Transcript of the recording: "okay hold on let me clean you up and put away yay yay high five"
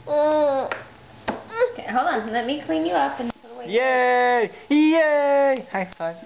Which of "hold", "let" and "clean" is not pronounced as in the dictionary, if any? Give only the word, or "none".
hold